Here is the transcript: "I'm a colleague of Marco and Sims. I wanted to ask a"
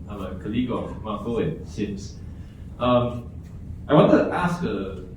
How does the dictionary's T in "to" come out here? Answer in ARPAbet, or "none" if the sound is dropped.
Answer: T